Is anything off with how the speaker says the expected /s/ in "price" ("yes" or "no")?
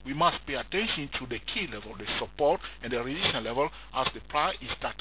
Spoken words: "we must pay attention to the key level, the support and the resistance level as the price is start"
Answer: yes